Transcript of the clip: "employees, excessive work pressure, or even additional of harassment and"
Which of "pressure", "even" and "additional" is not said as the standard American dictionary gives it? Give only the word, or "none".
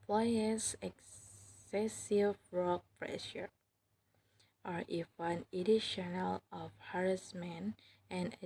even